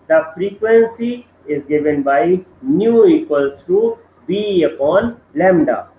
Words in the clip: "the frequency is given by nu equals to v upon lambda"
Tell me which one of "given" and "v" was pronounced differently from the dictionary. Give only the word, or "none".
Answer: v